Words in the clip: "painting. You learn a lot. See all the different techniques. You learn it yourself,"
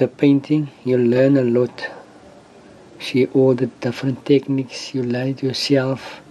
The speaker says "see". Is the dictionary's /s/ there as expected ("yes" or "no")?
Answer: no